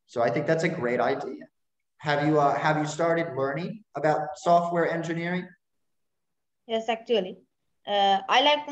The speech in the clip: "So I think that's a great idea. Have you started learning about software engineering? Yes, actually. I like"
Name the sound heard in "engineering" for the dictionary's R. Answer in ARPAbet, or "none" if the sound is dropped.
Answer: R